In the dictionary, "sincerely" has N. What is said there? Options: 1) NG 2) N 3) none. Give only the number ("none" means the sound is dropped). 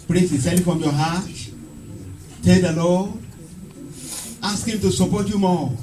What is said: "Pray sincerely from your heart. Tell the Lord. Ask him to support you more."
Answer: 3